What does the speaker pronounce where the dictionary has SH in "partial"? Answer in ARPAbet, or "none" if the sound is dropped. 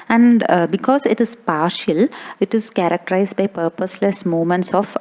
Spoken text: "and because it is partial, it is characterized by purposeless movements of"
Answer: SH